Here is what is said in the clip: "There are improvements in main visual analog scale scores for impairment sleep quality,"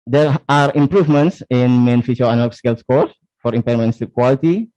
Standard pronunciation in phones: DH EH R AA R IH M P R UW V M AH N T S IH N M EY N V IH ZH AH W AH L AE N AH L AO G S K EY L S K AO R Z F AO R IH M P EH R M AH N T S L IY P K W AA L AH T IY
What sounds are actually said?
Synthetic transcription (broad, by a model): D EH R AA R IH M P R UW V M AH N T S IH N M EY N F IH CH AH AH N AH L S K EY L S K AO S F AO R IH M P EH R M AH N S IY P K W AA L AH T IY